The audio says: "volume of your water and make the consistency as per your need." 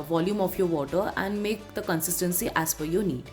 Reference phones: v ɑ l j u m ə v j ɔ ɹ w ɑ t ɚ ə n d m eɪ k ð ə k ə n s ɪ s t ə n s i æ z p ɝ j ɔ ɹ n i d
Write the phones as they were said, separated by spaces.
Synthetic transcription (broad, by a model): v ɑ l j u m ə f j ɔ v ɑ t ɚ ə n d m eɪ k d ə k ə n s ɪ s t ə n s i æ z f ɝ j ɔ n i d